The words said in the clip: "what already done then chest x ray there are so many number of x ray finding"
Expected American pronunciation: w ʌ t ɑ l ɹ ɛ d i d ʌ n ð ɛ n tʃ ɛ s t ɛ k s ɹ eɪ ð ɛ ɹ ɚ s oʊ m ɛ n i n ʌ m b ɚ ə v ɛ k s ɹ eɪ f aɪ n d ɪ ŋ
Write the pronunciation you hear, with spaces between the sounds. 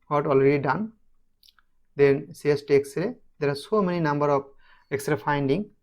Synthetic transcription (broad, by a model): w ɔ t ɑ l ɹ ɛ d i d ʌ n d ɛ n s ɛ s t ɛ k s ɹ eɪ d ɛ ɹ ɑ s oʊ m ɛ n i n ʌ m b ɚ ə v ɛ k s ɹ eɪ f aɪ n d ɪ ŋ